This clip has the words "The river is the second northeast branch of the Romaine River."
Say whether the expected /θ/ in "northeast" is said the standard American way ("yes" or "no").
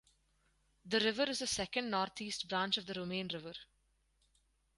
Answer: no